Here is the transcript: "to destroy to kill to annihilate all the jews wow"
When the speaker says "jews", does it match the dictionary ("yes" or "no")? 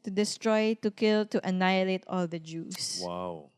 no